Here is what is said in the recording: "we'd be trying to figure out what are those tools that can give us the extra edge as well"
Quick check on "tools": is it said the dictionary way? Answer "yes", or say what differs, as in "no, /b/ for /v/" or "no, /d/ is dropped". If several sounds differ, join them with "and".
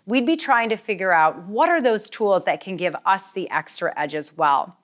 yes